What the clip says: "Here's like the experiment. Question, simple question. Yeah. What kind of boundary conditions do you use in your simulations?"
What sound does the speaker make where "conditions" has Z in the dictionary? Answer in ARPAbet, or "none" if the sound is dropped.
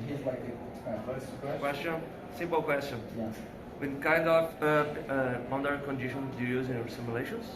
none